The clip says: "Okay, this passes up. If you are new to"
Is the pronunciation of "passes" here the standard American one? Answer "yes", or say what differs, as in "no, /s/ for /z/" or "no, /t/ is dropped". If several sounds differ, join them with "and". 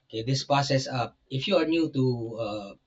no, /s/ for /z/